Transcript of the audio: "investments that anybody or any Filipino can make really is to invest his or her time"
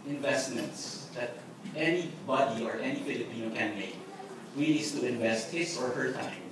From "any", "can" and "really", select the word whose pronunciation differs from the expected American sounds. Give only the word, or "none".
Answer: really